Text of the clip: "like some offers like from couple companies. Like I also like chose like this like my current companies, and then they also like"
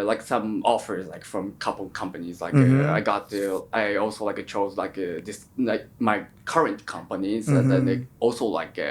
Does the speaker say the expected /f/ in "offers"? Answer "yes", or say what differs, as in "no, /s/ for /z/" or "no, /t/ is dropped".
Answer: yes